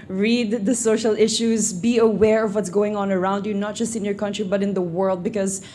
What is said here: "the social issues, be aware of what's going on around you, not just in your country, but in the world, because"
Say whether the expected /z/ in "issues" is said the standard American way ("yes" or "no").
yes